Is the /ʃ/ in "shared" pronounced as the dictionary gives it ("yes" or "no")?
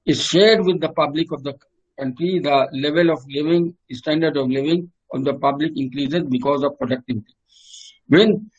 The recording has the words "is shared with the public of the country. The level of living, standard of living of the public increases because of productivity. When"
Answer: yes